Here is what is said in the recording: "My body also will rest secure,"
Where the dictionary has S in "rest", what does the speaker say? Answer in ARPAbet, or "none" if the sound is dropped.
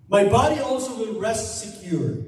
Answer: S